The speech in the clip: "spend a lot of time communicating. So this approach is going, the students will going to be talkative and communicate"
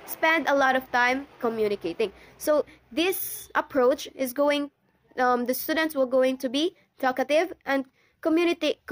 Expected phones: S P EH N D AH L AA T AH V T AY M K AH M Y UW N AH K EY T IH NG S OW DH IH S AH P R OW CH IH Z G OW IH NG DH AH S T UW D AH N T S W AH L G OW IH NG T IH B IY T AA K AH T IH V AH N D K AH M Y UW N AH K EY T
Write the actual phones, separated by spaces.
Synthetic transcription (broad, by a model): S P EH N D AH L AA T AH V T AY M K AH M Y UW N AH K EY T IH NG S OW DH IH S AH P R OW CH IH Z G OW IH NG DH AH S T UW D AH N T S W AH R G OW IH NG T IH B IY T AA K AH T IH V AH N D K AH M Y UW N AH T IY